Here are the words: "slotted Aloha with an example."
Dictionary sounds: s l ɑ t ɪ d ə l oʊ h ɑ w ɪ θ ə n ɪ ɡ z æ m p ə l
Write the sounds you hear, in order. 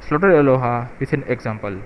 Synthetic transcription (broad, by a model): s l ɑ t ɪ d ə l oʊ h ɑ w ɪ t ə n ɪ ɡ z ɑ m p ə l